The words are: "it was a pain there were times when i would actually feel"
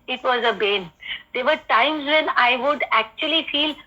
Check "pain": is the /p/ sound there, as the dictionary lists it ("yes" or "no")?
no